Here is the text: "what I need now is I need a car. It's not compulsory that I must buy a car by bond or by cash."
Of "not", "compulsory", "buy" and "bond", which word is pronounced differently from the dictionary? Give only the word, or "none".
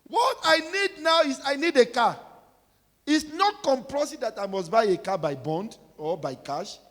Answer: compulsory